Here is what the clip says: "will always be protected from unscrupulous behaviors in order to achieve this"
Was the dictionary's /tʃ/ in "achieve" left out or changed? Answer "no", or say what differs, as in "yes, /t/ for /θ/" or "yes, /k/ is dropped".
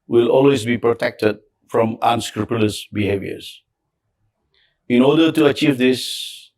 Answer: no